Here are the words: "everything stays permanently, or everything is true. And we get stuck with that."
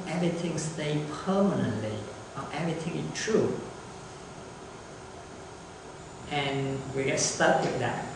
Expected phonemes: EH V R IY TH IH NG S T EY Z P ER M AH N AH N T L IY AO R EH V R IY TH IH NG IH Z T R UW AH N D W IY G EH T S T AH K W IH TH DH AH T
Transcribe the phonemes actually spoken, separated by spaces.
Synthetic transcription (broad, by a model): EH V R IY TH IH NG S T EY P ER M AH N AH N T L IY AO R EH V R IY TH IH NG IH S T R UW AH N W IY G EH T S T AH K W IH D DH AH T